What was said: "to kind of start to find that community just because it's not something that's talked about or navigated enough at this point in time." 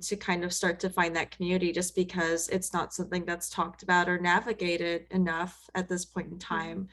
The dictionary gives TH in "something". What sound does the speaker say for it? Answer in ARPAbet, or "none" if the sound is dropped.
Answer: TH